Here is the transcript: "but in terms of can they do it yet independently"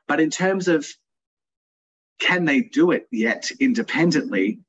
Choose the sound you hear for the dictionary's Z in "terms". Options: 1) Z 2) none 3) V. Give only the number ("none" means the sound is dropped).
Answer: 1